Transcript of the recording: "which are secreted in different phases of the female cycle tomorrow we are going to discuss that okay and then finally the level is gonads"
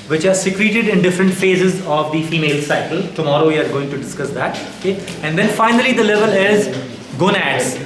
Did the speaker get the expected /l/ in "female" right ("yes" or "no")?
yes